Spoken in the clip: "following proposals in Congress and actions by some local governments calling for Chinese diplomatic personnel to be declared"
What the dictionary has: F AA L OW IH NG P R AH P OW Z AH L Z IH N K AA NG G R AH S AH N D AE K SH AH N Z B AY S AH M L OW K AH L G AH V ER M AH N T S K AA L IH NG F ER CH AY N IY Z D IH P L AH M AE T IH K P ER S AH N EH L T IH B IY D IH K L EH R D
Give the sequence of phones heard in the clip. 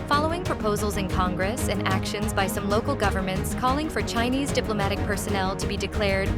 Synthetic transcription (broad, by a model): F AA L OW IH NG P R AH P OW Z L Z IH N K AA NG G R AH S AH N AE K SH AH N Z B AY S AH M L OW K L G AH V ER M AH N T S K AA L IH NG F ER CH AY N IY Z D IH P L AH M AE T IH K P ER S AH N EH L T IH B IY D IH K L EH R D